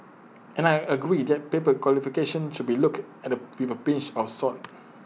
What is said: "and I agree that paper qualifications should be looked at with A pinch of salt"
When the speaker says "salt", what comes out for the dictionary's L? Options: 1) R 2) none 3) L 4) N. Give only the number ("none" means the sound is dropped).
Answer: 2